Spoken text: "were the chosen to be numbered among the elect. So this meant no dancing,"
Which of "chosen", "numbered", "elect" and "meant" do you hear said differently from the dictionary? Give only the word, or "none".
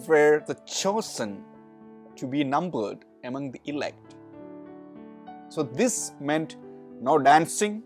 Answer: chosen